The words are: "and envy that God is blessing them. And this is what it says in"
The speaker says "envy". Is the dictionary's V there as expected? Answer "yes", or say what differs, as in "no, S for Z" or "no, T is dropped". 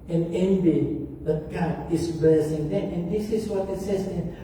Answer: no, B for V